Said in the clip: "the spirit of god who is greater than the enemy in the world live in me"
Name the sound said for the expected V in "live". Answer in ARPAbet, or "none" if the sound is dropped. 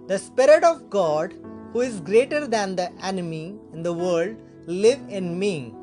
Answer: V